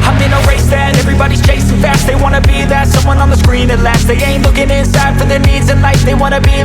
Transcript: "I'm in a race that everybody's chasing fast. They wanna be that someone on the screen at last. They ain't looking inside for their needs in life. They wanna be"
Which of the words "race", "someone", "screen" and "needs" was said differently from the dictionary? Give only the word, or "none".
none